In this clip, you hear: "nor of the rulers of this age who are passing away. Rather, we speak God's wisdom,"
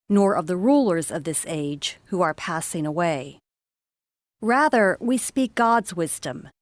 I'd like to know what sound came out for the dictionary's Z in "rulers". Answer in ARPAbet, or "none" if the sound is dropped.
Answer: Z